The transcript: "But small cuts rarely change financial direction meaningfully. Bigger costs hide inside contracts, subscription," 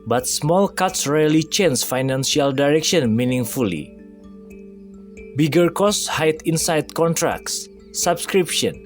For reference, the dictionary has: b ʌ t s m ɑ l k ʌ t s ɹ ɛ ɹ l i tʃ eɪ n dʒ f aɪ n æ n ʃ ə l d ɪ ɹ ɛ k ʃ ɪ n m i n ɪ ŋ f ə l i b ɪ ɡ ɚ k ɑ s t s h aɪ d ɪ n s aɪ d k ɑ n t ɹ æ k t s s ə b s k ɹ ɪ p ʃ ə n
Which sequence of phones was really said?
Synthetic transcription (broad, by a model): b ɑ t s m ɑ l k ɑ t s ɹ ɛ l i tʃ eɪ n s f aɪ n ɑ n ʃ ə l d ɪ ɹ ɛ k ʃ ɪ n m i n ɪ ŋ f ə l i b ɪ ɡ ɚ k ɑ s s h aɪ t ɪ n s aɪ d k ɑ n t ɹ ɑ k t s s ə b s k ɹ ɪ p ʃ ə n